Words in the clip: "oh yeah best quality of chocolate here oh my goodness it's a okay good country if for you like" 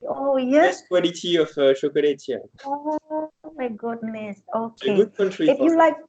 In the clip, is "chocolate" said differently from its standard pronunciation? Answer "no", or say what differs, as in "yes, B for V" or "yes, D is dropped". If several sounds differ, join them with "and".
yes, SH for CH